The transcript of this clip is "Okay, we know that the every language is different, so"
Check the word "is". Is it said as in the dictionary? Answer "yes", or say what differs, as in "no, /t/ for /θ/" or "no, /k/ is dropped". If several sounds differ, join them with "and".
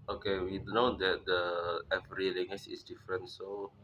no, /s/ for /z/